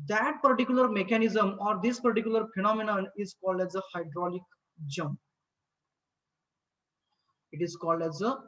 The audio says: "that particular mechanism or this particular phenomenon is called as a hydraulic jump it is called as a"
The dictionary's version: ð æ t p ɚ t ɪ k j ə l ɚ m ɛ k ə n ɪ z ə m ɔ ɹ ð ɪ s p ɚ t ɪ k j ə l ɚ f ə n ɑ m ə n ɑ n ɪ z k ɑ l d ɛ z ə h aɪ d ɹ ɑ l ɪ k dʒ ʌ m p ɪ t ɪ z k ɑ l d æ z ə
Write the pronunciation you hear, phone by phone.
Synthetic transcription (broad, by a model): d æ t p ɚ t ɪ k j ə l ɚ m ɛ k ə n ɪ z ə m ɔ ɹ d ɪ s p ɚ t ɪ k j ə l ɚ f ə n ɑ m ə n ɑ n ɪ z k ɑ l d ɛ z ə h aɪ d ɹ ɑ l ɪ k dʒ ʌ m p ɪ t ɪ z k ɑ l d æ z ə